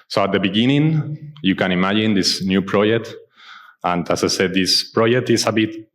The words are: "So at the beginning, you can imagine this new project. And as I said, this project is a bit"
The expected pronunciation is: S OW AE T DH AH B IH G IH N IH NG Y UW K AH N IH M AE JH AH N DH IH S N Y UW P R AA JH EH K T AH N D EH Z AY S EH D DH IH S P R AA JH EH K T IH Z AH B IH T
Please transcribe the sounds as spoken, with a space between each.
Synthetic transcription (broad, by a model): S OW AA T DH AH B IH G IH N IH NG Y UW K AH N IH M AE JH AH N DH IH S N Y UW P R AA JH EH K T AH N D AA S AY S EH D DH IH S P R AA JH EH K T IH S AH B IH T